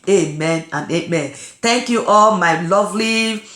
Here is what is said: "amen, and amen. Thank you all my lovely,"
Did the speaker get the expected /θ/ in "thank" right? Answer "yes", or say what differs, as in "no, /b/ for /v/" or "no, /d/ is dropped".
no, /t/ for /θ/